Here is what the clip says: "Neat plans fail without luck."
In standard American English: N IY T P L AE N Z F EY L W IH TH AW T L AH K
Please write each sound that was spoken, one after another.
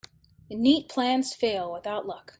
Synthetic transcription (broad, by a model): N IY T P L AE N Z F EY L W IH TH AW T L AH K